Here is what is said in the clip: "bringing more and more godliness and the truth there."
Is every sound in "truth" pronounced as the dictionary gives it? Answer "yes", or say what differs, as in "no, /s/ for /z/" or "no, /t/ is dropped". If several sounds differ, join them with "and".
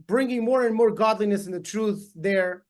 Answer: yes